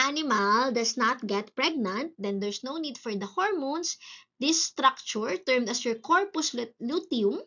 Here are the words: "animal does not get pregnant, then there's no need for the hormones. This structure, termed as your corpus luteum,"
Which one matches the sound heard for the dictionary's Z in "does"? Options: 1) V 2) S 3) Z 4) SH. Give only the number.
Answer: 2